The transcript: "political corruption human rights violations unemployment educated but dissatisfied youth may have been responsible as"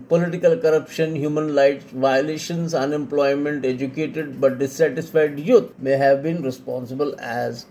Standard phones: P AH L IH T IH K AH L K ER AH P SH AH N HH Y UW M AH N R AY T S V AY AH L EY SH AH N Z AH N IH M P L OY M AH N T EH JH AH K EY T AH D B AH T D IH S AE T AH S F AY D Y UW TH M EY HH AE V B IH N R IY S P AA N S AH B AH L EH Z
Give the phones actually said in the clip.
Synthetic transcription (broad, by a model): P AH L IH T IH K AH L K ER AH P SH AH N HH Y UW M AH N L AY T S V AY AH L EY SH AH N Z AH N IH M P L OY M AH N T EH JH AH K EY T AH D B AH T D IH S AE T AH S F AY D Y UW T M EY HH AE V B IH N R IY S P AA N S AH B AH L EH Z